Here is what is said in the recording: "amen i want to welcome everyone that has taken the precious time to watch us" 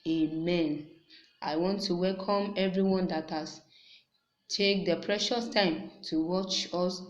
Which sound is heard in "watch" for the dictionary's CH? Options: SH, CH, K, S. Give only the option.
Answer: CH